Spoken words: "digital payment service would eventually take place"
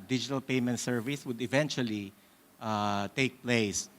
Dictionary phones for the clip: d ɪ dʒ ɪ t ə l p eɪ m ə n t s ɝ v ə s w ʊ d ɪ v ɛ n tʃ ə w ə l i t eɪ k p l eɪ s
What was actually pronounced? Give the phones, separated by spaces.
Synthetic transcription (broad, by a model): d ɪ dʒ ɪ t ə l p eɪ m ə n t s ɝ v ə s w ʊ d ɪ v ɛ n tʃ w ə l i t eɪ k p l eɪ s